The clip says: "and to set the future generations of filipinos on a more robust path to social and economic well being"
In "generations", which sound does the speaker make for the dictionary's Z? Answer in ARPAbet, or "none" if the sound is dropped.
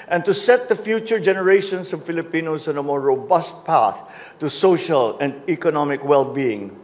S